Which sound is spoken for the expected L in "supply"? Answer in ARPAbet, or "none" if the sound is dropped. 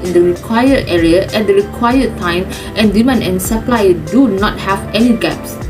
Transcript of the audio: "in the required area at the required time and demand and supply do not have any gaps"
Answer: L